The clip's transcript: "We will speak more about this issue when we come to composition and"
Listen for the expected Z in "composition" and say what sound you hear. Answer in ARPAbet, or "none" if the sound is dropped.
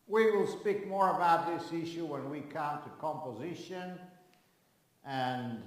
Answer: Z